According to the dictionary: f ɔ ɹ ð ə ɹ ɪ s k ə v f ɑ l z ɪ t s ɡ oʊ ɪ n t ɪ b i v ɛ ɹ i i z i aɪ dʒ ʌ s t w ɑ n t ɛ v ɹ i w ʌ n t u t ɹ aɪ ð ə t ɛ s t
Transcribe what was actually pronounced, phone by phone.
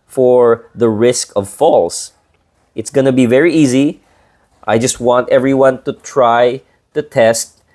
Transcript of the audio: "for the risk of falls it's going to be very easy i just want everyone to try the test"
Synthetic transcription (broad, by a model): f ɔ ɹ ð ə ɹ ɪ s k ə v f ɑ l s ɪ t s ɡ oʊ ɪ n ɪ b i v ɛ ɹ i i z i aɪ dʒ ʌ s t w ɑ n t ɛ v ɹ i w ʌ n t u t ɹ aɪ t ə t ɛ s t